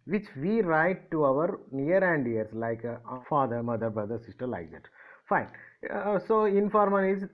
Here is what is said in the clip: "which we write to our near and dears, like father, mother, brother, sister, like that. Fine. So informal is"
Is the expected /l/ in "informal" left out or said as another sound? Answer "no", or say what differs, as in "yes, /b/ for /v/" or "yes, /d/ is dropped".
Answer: yes, /n/ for /l/